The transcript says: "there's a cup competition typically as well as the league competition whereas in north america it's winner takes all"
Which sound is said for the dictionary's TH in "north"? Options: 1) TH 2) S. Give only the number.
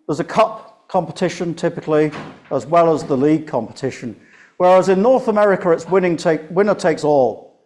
1